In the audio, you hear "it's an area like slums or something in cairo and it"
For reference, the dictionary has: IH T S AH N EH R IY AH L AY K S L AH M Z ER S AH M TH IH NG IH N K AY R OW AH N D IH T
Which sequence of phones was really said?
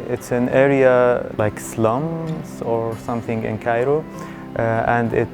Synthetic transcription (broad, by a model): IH T S AH N EH R IY AH L AY K S L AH M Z ER S AH M TH IH NG IH N K AY R OW AH N D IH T